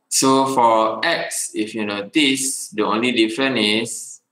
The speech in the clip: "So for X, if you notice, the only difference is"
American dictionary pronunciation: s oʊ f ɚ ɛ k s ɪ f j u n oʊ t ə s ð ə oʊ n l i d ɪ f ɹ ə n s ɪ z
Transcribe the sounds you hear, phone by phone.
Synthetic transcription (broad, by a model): s oʊ f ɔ ɛ k s ɪ f j u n oʊ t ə s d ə oʊ n l i d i f ɹ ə n ɪ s